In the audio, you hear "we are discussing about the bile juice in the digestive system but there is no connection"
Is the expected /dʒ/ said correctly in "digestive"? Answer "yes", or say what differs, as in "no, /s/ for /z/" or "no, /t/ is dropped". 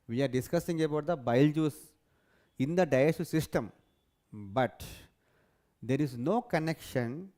no, /dʒ/ is dropped